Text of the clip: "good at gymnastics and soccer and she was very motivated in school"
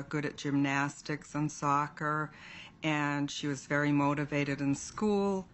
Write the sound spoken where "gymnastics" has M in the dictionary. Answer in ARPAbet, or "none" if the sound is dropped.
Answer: M